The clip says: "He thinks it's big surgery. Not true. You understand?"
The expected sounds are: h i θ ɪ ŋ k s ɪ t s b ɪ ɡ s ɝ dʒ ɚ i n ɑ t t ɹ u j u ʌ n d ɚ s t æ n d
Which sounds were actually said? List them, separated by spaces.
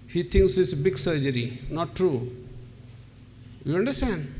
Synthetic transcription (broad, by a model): h i t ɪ ŋ k s ɪ t s b ɪ ɡ s ɝ dʒ ɚ i n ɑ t t ɹ u j u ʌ n d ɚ s t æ n d